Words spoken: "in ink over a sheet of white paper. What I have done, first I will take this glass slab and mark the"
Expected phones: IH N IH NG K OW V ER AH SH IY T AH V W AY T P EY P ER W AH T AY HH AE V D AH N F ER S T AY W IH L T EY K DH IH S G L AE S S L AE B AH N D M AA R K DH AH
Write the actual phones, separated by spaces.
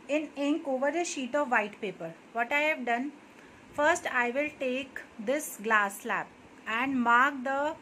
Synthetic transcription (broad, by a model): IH N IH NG K OW V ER AH SH IY T AH V AY T P EY P ER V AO T AY HH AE V D AH N F ER S T AY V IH L T EY K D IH S G L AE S S L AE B AH N D M AA R K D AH